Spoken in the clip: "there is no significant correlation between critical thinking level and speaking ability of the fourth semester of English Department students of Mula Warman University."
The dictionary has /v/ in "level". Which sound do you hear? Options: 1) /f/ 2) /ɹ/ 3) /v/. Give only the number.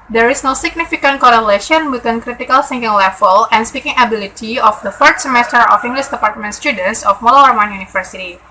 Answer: 1